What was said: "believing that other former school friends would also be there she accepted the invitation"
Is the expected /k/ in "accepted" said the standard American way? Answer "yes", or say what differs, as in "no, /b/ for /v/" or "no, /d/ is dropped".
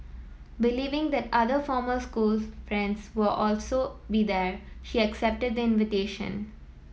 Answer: yes